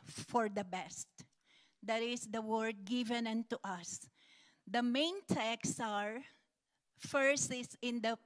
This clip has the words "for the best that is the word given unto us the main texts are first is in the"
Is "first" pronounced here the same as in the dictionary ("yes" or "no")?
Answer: no